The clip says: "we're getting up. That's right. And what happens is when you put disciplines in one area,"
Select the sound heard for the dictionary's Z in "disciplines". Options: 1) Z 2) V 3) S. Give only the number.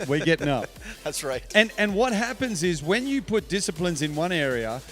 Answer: 1